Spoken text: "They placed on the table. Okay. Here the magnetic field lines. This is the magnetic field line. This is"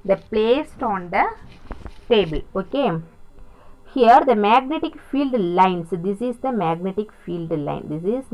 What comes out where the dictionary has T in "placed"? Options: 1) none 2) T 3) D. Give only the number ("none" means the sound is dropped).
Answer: 2